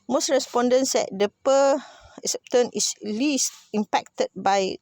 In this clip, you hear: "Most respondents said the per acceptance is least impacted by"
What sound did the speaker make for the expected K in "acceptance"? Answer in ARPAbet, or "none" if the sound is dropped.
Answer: none